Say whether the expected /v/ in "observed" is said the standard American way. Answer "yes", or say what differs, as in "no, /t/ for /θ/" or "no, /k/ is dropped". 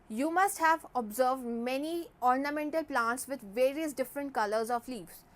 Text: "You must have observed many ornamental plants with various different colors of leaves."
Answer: yes